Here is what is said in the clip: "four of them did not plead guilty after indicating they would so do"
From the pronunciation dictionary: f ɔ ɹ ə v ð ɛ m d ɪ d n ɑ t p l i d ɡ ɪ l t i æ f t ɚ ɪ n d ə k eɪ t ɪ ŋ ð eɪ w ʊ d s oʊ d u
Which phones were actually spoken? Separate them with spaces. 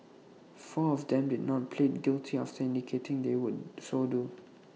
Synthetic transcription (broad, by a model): f ɔ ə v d ɛ m d ɪ d n ɑ t p l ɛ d ɡ ɪ l t i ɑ f t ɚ ɪ n d ə k eɪ t ɪ ŋ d eɪ w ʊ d s oʊ d u